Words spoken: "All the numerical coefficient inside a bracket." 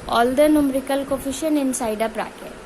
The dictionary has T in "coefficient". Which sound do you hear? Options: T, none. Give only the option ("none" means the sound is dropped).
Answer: none